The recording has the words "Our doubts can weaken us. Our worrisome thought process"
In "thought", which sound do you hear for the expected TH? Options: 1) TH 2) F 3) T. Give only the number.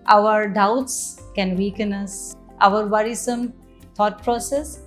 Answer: 3